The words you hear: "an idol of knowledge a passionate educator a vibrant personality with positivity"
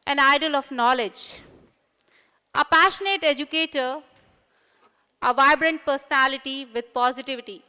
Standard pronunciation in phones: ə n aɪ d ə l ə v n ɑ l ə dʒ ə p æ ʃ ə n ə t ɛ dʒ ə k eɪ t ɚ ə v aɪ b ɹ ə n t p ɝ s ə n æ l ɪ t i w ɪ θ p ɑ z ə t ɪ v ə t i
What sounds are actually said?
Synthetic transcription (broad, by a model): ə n aɪ d ə l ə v n ɑ l ə dʒ ə p æ ʃ ə n ə t ɛ dʒ ə k eɪ t ɚ ə v aɪ b ɹ ə n t p ɝ s ə n æ l ɪ t i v ɪ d p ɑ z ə t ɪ v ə t i